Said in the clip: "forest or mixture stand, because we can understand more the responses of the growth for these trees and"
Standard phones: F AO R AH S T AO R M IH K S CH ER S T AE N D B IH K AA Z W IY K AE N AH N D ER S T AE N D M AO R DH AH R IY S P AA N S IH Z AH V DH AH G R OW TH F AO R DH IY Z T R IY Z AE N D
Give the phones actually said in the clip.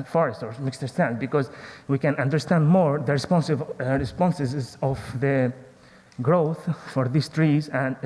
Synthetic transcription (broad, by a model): F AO R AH S T AO R M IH K S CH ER S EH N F B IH K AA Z W IY K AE N AH N D ER S T AE N D M AO R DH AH R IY S P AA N S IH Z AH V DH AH G R OW TH F AO R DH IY S T R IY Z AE N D